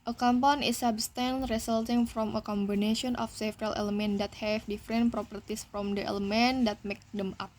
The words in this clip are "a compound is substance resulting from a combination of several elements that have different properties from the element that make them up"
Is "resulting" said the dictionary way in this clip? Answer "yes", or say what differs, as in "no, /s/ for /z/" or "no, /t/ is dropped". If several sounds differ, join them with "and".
no, /s/ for /z/